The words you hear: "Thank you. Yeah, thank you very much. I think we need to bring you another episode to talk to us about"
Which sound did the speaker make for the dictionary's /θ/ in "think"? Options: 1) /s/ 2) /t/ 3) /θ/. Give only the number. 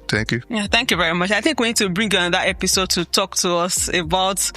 3